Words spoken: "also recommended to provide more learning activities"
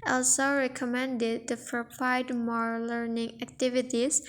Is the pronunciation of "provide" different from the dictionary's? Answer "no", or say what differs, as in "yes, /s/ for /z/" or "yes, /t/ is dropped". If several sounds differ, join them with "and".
yes, /p/ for /v/